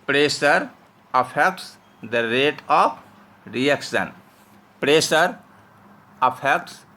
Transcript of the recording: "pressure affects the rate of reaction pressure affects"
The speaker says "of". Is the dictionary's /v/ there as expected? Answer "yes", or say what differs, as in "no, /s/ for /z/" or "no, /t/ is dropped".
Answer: no, /p/ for /v/